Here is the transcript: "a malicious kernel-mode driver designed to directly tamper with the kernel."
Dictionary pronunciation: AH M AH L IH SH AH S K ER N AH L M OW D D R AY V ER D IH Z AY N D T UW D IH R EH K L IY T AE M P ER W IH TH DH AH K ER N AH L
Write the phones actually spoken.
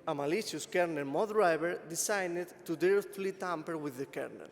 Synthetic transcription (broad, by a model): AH M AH L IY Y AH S K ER N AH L M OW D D R AY B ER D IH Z AY N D T UW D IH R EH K L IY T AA M P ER W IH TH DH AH K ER N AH L